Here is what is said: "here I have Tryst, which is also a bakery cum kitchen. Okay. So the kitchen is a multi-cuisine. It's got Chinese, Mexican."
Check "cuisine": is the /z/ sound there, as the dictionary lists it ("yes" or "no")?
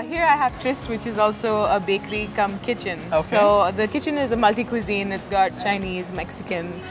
yes